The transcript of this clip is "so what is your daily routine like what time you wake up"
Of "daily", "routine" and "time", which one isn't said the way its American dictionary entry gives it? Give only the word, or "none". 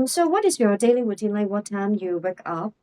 routine